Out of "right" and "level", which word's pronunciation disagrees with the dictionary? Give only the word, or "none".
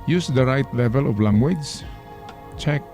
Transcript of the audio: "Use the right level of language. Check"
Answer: none